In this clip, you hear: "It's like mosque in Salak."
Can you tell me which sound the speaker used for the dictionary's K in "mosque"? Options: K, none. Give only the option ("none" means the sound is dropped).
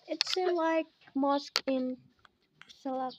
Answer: K